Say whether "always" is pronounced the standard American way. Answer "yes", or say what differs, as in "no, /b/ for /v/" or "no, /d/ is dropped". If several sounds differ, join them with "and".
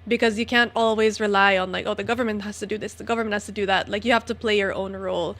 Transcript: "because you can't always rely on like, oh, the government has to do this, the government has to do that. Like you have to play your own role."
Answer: yes